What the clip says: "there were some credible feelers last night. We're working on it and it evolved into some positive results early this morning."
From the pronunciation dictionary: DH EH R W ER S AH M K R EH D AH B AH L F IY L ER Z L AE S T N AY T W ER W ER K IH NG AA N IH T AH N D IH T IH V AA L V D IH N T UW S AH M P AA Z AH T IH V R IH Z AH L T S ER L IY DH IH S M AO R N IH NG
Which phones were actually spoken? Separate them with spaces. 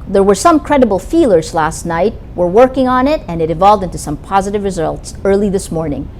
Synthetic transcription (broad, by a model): DH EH R W ER S AH M K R EH D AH B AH L F IY L ER Z L AE S T N AY T W ER W ER K IH NG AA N IH T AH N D IH T IH V AA L V D IH N T UW S AH M P AA Z AH T IH V R IH Z AH L T S ER L IY DH IH S M AO R N IH NG